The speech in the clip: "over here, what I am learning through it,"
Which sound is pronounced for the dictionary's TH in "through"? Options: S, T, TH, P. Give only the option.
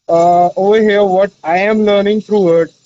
T